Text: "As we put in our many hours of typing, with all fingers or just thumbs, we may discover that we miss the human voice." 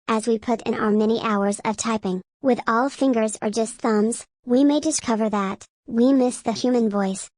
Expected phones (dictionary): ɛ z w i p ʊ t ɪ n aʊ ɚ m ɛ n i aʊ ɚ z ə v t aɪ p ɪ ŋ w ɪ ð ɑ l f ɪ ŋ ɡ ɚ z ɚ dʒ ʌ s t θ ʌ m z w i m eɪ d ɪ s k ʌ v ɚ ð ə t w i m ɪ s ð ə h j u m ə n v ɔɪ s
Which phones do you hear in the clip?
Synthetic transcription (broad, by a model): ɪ z w i p ʊ t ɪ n aʊ ɚ m ɛ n i aʊ ɚ z ə v t aɪ p ɪ ŋ w ɪ ð ɑ l f ɪ ŋ ɡ ɚ z ɚ dʒ ʌ s t θ ʌ m z w i m eɪ d ɪ s k ʌ v ɚ ð ə t w i m ɪ s ð ə h j u m ə n v ɔɪ s